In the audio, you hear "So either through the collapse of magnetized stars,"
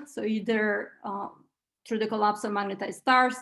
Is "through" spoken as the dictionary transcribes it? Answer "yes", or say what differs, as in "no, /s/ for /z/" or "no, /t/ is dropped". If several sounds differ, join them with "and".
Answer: no, /t/ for /θ/